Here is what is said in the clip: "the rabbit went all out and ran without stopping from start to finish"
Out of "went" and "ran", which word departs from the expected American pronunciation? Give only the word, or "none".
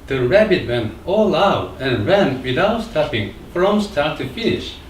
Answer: went